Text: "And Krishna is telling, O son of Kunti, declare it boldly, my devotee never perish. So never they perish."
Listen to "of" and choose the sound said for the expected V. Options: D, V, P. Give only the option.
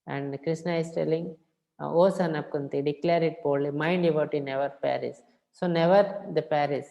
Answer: P